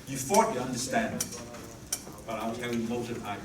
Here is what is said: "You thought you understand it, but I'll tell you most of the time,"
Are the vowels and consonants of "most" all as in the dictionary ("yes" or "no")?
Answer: no